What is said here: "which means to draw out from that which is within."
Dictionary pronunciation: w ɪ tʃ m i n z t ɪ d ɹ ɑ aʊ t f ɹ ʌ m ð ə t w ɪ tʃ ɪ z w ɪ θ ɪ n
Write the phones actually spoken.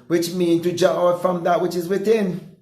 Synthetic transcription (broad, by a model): w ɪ tʃ m i n t ɪ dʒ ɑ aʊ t f ɹ ʌ m ð ə t w ɪ tʃ ɪ z w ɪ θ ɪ n